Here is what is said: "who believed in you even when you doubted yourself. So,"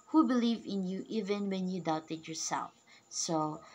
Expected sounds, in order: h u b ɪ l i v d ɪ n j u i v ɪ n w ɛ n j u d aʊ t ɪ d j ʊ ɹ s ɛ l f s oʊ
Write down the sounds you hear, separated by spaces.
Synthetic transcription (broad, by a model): h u b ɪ l i v ɪ n j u i v ɪ n w ɛ n j u d aʊ t ɪ d j ʊ ɹ s ɛ l f s oʊ